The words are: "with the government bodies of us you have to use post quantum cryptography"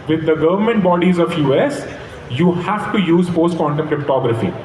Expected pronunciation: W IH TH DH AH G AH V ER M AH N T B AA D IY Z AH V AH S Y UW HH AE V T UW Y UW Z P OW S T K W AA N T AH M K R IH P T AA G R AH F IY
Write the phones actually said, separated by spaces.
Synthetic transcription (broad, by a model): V IH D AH G AH V ER M AH N T B AA D IY Z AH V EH S Y UW HH AE V T UW Y UW Z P OW S T K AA N T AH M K R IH P T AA G R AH F IY